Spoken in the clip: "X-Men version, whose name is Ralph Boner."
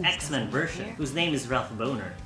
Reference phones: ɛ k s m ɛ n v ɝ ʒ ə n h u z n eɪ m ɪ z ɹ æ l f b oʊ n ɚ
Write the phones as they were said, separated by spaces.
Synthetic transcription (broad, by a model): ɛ k s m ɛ n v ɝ ʃ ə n h u z n eɪ m ɪ z ɹ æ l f b oʊ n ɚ